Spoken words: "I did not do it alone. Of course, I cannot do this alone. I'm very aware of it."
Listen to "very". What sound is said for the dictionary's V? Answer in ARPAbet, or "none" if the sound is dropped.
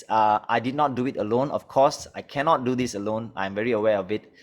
V